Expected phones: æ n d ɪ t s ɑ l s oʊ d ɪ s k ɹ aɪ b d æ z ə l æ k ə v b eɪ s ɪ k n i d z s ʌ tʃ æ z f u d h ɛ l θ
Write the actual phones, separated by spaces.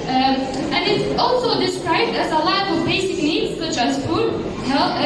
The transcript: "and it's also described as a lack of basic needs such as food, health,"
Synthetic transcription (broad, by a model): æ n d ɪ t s ɑ l s oʊ d ɪ s k ɹ aɪ b d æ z ə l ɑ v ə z b eɪ s ɪ k l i s ʌ tʃ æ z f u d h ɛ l